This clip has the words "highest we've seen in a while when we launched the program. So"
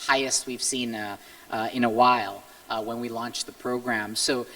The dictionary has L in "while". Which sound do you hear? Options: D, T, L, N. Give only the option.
L